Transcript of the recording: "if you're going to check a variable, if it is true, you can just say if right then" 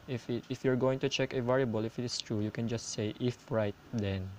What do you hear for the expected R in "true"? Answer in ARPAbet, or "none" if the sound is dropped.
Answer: R